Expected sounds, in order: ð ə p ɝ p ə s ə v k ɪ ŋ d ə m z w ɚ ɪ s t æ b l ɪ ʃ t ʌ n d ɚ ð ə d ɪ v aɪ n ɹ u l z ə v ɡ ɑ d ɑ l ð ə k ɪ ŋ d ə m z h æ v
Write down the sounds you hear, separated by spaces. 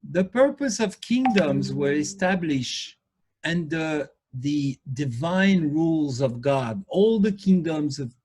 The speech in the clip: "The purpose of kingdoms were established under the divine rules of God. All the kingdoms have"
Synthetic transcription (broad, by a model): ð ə p ɝ p ə s ə v k ɪ ŋ d ə m z w ɚ ɪ s t æ b l ɪ ʃ t ʌ n d ɚ ð ə d ɪ v aɪ n ɹ u l z ə v ɡ ɑ d ɑ l ð ə k ɪ ŋ d ə m z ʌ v